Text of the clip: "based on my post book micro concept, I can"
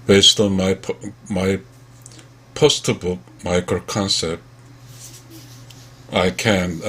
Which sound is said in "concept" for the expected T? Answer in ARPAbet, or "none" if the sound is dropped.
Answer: T